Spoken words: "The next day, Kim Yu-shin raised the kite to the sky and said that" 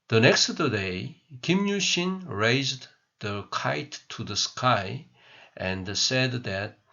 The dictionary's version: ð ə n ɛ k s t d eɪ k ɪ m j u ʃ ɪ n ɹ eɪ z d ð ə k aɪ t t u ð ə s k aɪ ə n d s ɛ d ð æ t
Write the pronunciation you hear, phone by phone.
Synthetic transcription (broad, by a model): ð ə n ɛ k s t d eɪ k ɪ m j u ʃ ɪ n ɹ eɪ z d ð ə k aɪ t t u ð ə s k aɪ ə n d s ɛ d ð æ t